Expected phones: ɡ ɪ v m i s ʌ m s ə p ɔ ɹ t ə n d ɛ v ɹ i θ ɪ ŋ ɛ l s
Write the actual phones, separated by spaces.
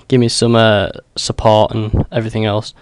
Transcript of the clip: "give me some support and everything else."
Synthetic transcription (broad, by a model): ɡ ɪ v m i s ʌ m s ə p ɔ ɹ t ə n ɛ v ɹ i θ ɪ ŋ ɛ l s